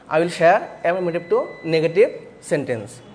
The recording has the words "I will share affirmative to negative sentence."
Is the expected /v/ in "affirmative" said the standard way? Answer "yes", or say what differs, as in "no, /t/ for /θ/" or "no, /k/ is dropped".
no, /p/ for /v/